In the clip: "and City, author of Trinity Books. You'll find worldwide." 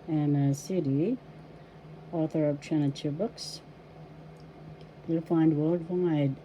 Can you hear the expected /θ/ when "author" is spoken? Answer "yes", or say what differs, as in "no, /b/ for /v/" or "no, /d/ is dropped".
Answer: yes